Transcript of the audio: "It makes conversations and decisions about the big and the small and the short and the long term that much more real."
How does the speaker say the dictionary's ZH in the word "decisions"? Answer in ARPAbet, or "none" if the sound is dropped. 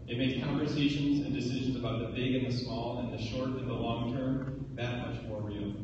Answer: ZH